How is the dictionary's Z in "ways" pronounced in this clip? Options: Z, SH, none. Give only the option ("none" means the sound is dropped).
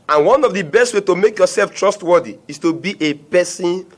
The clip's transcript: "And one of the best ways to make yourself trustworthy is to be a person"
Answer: none